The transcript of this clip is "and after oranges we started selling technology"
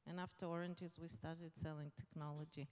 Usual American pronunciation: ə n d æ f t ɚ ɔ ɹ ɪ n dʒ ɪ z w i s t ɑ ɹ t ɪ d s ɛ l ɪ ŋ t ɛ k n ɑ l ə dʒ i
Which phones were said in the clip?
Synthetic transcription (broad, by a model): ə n æ f t ɚ ɔ ɹ ɪ n dʒ ɪ z w i s t ɑ ɹ t ɪ d s ɛ l ɪ ŋ t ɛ k n ɑ l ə dʒ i